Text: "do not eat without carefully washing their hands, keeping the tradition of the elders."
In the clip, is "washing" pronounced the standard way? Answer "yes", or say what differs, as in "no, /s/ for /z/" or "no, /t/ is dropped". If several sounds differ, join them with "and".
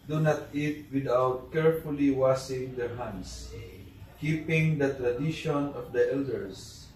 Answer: no, /s/ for /ʃ/